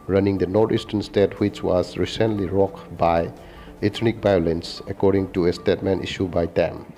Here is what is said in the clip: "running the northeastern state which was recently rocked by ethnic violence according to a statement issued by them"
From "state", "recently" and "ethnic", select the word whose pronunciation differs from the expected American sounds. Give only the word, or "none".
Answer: ethnic